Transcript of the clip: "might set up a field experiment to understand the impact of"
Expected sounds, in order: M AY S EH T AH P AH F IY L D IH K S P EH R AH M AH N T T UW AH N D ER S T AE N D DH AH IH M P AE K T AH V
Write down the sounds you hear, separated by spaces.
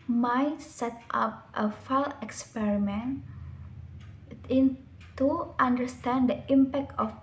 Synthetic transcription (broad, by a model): M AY S EH T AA P AH F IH L IH K S P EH R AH M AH N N T UW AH N D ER S T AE N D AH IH M P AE K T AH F